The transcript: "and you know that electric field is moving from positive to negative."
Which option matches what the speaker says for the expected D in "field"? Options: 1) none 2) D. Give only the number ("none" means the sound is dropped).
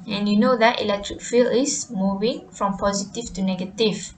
1